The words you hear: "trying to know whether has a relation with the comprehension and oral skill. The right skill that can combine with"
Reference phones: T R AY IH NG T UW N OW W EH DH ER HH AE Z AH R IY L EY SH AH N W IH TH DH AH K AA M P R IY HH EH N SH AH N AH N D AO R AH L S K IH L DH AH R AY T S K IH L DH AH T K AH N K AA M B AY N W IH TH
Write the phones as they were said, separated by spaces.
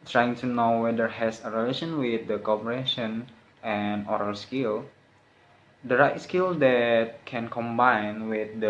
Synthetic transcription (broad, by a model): T R AY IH NG T UW N OW W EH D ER HH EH S AH R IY L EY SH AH N W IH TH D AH K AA P IY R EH SH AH N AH N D AO R AH L S K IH L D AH R AY T S K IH L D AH T K AH N K AA M B AY N W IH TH